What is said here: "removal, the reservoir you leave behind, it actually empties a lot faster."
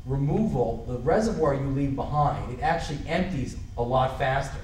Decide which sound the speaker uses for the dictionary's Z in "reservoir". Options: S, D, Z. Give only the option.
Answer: Z